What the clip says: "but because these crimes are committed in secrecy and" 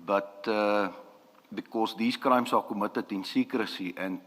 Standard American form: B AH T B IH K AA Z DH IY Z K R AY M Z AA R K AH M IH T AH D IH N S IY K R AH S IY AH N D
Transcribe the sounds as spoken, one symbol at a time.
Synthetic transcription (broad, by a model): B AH T B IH K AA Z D IY S K R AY M S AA L K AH M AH T AH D IH N S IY K R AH S IY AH N